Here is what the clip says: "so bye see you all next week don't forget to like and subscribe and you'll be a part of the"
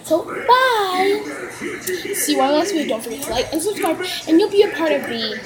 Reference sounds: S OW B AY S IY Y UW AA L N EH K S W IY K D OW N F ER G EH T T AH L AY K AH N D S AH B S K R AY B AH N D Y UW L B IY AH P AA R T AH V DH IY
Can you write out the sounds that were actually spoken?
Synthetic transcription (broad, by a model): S OW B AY S IY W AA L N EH S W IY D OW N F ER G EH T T L AY K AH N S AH S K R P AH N Y UW L B IY AH P AA R T AH V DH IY